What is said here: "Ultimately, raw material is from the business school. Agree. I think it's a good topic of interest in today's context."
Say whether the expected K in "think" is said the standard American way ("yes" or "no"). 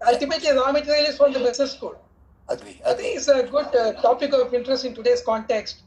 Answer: no